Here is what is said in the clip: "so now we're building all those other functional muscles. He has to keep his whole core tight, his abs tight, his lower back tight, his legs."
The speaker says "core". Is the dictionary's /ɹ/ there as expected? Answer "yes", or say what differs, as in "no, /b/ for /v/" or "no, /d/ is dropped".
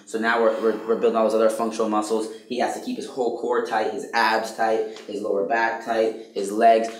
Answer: yes